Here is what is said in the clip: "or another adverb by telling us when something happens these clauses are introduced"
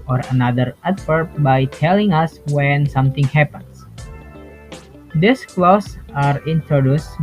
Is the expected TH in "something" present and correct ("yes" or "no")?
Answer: no